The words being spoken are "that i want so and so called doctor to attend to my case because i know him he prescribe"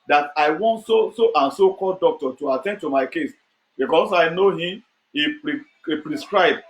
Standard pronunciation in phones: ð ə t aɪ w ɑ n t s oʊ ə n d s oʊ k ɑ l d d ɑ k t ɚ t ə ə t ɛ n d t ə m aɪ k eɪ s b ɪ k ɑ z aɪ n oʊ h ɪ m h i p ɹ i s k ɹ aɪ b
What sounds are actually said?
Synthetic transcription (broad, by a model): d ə t aɪ w ɑ n t s oʊ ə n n s oʊ k ɑ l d d ɑ k t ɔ t ə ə t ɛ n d t ə m aɪ k eɪ s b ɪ k ɑ s aɪ n oʊ h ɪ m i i p ɹ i s k ɹ aɪ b